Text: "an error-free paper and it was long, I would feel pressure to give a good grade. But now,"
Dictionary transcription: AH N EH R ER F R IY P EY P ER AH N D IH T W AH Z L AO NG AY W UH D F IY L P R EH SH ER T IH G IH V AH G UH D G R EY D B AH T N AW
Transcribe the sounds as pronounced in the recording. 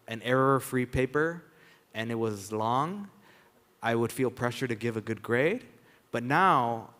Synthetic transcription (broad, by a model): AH N EH R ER F R IY P EY P ER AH N IH T W AH Z L AO NG AY W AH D F IY L P R EH SH ER T IH G IH V AH G UH D G R EY D B AH T N AW